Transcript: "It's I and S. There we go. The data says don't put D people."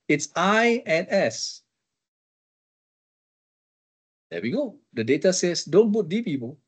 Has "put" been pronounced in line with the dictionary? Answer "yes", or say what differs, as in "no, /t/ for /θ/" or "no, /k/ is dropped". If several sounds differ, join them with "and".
no, /b/ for /p/